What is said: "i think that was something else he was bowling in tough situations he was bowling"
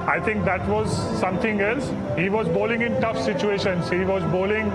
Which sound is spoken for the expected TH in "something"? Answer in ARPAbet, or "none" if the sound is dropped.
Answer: T